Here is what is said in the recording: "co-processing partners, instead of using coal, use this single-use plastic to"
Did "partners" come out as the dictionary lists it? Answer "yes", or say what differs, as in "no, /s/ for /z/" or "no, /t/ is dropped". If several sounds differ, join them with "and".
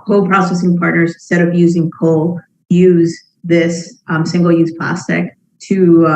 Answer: yes